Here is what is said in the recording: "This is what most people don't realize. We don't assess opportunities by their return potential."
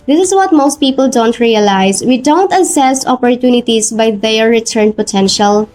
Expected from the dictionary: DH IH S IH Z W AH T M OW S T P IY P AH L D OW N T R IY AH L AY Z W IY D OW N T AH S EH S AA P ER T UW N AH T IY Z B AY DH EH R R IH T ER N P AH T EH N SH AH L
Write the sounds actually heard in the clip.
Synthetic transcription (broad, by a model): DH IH S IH S W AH T M OW S T P IY P AH L D OW N T R IY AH L AY S W IY D OW N T AH S EH S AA P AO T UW N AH T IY S B AY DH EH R R IH T ER N P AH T EH N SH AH L